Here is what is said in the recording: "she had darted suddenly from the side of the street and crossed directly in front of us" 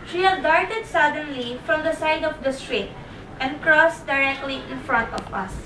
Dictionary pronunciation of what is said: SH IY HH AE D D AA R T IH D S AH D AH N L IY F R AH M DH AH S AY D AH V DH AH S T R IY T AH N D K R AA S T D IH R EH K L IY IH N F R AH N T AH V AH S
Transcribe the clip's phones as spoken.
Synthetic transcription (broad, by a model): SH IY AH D D AA R T IH D S AH D AH N L IY F R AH M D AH S AY D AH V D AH S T R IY T AH N D K R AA S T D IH R EH K L IY IH N F R AH N T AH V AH S